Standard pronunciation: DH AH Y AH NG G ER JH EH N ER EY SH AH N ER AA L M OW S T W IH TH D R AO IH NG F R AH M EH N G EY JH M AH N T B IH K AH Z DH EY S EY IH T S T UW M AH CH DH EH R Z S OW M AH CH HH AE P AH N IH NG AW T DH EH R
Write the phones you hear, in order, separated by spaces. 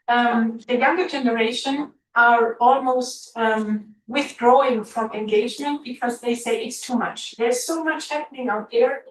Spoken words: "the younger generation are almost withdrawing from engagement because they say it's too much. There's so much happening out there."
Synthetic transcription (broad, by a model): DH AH Y AH NG G ER JH EH N ER EY SH AH N ER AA L M OW S T W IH TH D R AO IH NG F R AH M EH N G EY JH M AH N T B IH K AH Z DH EY S EY IH T S T UW M AH CH DH EH R Z S OW M AH CH HH AE P AH N IH NG AW T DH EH R